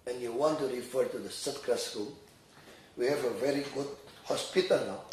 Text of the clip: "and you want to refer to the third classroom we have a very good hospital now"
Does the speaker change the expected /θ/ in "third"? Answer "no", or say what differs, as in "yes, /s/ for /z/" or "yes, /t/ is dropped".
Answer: yes, /s/ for /θ/